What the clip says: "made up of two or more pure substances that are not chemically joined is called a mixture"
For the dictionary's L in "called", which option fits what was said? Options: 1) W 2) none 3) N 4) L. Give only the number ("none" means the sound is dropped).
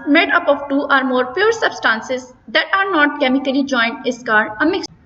2